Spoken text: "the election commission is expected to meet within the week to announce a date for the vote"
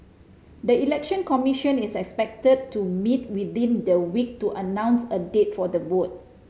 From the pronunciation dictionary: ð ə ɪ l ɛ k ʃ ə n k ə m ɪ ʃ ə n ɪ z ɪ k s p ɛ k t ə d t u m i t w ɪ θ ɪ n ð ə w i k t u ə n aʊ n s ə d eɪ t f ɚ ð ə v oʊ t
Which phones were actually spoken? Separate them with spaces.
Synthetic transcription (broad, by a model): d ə ɪ l ɛ k ʃ ə n k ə m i ʃ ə n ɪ s ɪ k s p ɛ k t ə d t u m i t w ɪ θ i n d ə w i k t u ə n aʊ n s ə d eɪ t f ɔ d ə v oʊ t